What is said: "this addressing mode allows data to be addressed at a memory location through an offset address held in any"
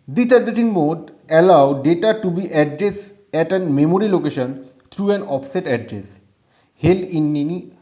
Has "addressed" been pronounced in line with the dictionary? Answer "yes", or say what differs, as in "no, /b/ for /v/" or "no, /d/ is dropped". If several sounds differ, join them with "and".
no, /t/ is dropped